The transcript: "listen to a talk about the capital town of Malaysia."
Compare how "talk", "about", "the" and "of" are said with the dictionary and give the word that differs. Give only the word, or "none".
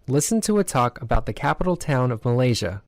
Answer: none